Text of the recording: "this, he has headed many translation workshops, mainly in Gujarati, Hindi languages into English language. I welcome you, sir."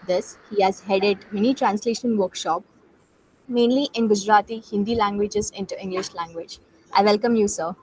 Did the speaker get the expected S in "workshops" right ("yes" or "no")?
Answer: no